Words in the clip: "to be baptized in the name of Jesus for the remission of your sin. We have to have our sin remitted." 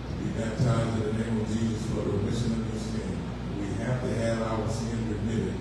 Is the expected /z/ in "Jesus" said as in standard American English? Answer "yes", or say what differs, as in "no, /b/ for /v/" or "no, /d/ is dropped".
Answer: yes